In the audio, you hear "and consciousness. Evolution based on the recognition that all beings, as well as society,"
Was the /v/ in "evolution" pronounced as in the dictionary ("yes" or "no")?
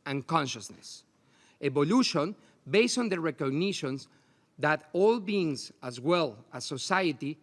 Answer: no